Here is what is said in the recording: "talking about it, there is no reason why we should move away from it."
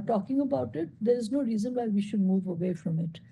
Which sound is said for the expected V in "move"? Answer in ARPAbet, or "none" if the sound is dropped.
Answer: V